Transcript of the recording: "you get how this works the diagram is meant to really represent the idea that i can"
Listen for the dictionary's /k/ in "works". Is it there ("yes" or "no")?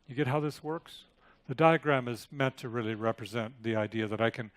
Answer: yes